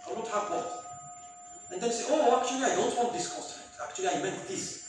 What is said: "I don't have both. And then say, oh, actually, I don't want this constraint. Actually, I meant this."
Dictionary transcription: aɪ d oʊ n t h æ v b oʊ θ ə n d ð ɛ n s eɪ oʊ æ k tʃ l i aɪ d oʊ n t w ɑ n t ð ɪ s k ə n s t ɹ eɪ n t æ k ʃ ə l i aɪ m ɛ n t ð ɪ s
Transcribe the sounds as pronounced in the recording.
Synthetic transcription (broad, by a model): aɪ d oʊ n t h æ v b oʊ t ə n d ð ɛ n s eɪ oʊ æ k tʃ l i aɪ d oʊ n t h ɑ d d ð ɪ s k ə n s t eɪ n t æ k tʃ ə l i aɪ m ɛ n t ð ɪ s